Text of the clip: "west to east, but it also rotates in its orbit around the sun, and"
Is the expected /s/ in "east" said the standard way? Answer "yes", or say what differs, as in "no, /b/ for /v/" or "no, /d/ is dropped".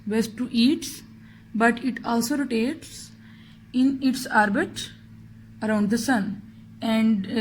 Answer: no, /s/ is dropped